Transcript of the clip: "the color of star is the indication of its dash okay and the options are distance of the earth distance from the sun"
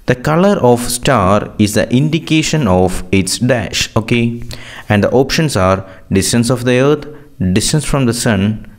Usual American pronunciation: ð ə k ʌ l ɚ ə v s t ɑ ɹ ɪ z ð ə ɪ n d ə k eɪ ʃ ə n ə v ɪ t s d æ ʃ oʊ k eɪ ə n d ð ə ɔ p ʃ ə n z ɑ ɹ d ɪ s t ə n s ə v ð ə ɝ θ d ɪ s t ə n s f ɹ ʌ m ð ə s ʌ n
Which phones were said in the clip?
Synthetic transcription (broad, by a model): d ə k ʌ l ɚ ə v s t ɑ ɹ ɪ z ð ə ɪ n d ə k eɪ ʃ ə n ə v ɪ t s d æ ʃ oʊ k eɪ ə n d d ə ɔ p ʃ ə n s ɑ ɹ d ɪ s t ə n s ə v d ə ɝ t d ɪ s t ə n s f ɹ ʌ m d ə s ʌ n